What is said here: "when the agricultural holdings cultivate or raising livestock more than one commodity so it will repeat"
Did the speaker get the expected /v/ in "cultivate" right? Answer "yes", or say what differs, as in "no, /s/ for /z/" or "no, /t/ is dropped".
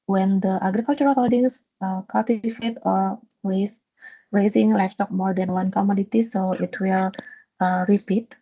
no, /f/ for /v/